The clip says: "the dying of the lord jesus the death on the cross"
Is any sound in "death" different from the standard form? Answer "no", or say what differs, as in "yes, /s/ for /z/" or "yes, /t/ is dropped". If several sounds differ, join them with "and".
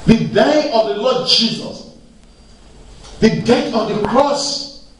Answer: yes, /t/ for /θ/